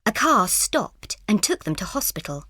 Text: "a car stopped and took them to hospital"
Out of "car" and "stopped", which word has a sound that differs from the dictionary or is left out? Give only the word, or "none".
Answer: none